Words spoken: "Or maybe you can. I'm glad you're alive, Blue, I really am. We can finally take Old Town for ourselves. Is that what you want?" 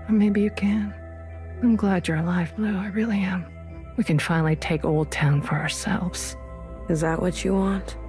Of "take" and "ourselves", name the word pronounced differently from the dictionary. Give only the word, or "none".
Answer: none